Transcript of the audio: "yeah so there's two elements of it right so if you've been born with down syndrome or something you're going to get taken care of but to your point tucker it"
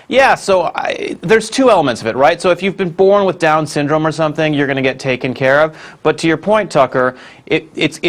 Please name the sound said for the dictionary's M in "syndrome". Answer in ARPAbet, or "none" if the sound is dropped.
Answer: M